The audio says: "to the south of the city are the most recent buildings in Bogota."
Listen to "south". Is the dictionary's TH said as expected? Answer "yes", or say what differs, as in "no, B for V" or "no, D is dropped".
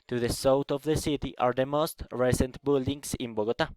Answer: no, T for TH